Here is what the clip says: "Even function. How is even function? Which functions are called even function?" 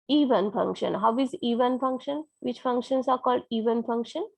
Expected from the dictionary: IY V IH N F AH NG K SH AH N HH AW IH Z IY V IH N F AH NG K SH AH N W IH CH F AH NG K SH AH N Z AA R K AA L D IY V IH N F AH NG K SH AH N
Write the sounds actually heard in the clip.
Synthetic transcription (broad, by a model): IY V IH N F AH NG K SH AH N HH AW IH Z IY V IH N F AH NG K SH AH N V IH CH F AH NG K SH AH N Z AA R K AA L D IY V IH N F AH NG K SH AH N